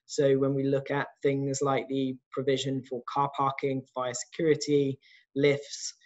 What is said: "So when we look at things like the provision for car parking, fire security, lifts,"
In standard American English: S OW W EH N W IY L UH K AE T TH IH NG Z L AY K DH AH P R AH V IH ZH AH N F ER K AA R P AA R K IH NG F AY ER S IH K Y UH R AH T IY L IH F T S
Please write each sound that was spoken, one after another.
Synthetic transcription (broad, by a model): S OW W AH N W IY L UH K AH T TH IH NG Z L AY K DH AH P R AH V IH ZH AH N F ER K AA P AA K IH NG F AY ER S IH K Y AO R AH T IY L IH F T S